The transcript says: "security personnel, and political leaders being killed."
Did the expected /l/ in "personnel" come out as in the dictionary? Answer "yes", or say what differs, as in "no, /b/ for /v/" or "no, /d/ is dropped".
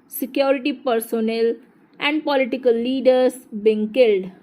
yes